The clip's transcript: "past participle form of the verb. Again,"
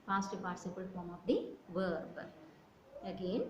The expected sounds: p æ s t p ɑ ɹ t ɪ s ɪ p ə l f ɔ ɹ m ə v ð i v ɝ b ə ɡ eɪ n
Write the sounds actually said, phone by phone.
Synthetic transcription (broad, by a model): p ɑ s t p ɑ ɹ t s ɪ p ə l f ɔ ɹ m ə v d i v ɝ b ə ɡ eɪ n